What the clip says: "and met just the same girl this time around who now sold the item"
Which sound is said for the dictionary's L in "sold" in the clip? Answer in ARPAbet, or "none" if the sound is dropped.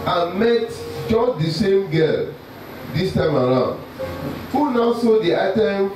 none